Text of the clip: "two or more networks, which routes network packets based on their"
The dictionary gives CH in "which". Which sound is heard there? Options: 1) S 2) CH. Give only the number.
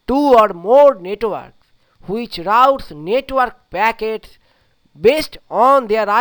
2